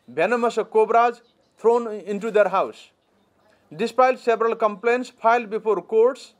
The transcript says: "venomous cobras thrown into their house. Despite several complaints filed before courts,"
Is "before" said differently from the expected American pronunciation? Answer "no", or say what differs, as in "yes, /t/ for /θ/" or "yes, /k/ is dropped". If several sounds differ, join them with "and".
yes, /p/ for /f/